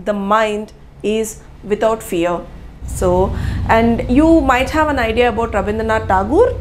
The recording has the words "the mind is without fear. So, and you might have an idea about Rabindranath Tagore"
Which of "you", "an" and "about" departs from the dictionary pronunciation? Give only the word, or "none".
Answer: none